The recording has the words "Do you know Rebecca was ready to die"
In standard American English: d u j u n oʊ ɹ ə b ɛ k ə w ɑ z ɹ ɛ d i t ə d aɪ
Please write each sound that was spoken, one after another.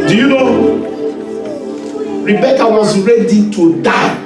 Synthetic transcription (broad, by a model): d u j u n oʊ ɹ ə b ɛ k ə w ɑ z ɹ ɛ d i t ə d aɪ